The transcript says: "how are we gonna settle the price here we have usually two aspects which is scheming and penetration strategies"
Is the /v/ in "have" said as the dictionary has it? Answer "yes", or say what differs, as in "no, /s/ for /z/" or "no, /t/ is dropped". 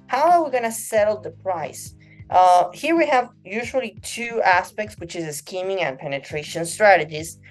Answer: yes